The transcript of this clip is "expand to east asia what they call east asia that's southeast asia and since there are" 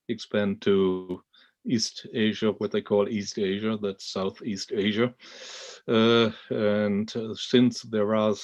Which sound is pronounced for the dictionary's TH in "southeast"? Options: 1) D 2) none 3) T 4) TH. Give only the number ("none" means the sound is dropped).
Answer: 4